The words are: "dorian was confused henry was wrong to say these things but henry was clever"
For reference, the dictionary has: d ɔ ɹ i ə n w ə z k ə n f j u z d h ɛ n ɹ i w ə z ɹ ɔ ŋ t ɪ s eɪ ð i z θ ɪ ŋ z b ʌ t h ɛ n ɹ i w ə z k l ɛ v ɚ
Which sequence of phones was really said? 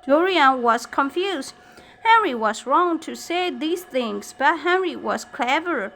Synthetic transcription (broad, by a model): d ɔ ɹ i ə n w ə z k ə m f j u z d h ɛ n ɹ i w ə z ɹ ɔ ŋ t ɪ s eɪ ð i z θ ɪ ŋ z b ʌ t h ɛ n ɹ i w ə z k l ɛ v ɚ